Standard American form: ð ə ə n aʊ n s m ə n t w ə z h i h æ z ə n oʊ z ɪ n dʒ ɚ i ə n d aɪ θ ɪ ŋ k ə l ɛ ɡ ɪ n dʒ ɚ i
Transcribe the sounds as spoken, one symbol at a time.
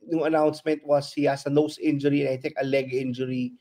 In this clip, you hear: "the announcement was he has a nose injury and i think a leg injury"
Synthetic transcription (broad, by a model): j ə ə n aʊ n s m ə n t w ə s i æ s ə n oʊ s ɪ n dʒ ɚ i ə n aɪ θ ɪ ŋ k ə l ɛ ɡ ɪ n dʒ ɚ i